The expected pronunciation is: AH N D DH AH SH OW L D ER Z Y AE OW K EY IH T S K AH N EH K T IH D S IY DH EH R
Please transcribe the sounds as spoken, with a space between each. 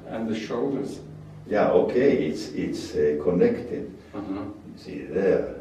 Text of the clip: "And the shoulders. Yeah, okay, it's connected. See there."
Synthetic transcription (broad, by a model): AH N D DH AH SH OW L D ER Z Y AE OW K EY IH T S K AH N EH K T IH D S IY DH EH